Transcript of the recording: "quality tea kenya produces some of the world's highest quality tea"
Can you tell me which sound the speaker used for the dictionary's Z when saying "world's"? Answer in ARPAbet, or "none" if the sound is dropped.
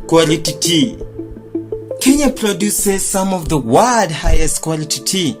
none